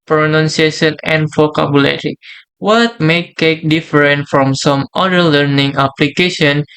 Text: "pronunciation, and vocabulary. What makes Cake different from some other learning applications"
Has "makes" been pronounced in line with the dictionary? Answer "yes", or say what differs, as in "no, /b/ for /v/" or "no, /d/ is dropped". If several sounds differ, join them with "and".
no, /s/ is dropped